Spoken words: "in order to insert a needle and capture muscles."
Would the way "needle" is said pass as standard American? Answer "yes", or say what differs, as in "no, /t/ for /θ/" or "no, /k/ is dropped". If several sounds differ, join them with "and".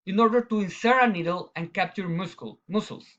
yes